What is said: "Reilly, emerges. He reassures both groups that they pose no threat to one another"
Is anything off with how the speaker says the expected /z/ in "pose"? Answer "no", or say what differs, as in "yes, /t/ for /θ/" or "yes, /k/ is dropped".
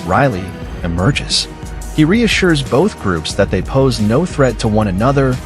no